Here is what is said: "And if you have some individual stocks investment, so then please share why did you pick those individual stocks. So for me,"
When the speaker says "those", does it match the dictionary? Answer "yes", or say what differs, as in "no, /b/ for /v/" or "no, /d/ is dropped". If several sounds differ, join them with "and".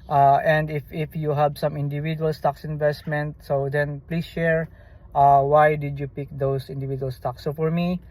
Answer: no, /s/ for /z/